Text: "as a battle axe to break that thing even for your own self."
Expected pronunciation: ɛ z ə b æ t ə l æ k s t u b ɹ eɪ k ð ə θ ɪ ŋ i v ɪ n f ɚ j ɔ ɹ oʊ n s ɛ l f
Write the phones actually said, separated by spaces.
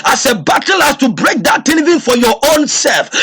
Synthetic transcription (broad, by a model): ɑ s ə b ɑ t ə l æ s t u b ɹ eɪ k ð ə t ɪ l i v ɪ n f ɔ j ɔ oʊ n s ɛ l f